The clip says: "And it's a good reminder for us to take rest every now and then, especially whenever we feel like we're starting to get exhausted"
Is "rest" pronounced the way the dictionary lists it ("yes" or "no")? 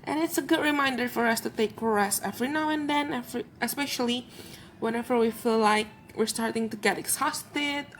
no